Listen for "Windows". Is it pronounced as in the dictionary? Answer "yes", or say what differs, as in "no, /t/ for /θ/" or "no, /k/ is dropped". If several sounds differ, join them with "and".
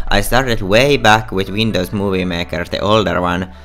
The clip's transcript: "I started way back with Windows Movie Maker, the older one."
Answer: no, /s/ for /z/